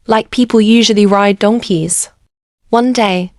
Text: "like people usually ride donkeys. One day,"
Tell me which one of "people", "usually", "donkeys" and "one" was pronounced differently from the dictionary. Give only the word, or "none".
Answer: none